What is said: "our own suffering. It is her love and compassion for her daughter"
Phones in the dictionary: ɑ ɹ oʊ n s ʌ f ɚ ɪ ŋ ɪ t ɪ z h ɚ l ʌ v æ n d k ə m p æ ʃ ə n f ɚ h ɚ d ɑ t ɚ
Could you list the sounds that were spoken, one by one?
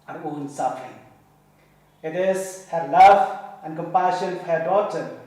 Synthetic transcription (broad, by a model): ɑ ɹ oʊ n s ʌ f ɚ ɪ ŋ ɪ t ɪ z h ɚ l ʌ v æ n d k ə m p æ ʃ ə n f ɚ h ɚ d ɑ t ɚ